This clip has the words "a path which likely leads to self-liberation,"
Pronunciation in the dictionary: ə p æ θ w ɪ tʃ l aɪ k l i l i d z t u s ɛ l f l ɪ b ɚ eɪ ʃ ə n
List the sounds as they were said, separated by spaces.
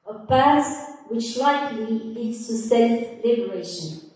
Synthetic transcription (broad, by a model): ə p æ s w ɪ tʃ l aɪ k l i l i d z t u s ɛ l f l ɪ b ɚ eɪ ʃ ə n